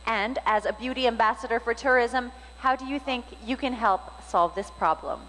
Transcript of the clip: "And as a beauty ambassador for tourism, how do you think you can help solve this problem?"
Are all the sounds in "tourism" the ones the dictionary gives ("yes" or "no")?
yes